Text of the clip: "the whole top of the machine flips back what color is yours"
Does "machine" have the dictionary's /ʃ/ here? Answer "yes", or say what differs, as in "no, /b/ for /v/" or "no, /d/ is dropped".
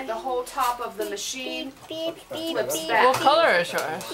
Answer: yes